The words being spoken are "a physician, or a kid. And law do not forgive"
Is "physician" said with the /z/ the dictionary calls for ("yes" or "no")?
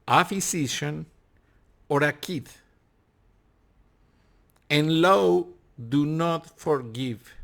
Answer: no